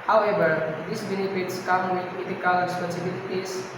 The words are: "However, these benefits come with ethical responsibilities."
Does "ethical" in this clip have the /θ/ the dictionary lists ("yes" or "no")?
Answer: no